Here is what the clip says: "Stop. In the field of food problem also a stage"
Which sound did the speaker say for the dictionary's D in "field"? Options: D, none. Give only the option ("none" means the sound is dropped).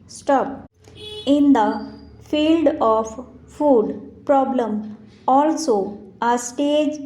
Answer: D